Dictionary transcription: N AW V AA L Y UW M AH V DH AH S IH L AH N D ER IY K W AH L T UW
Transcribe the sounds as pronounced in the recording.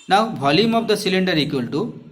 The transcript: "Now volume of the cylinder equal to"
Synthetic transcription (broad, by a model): N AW B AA L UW M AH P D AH S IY L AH N D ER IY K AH L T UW